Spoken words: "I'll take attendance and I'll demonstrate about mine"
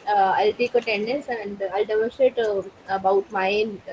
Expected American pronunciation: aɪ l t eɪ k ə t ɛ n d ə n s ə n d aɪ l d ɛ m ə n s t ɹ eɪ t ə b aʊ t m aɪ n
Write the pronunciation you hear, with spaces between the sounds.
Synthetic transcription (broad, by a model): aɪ l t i k ə t ɛ n d ə n s ə n d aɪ l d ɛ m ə s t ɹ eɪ t ə b aʊ t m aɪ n